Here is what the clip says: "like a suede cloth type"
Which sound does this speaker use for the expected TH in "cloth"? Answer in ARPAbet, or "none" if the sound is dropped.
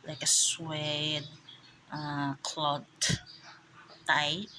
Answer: T